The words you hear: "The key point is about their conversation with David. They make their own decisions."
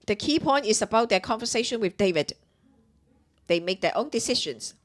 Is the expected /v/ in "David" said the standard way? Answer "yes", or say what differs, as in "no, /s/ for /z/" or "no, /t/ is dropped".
yes